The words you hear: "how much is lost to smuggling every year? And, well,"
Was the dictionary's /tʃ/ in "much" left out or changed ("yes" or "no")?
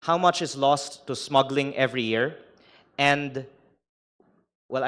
no